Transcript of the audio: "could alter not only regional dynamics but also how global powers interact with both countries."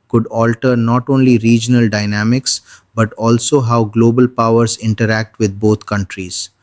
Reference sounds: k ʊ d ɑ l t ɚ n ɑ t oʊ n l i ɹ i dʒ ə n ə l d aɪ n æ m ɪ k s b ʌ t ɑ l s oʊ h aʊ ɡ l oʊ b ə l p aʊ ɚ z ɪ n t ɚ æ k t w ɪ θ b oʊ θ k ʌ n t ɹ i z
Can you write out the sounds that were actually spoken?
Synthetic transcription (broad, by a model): k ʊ d ɑ l t ɚ n ɑ t oʊ n l i ɹ i dʒ ə n ə l d aɪ n æ m ɪ k s b ʌ t ɑ l s oʊ h aʊ ɡ l oʊ b ə l p aʊ ɚ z ɪ n t ɚ æ k t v ɪ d b oʊ t k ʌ n t ɹ i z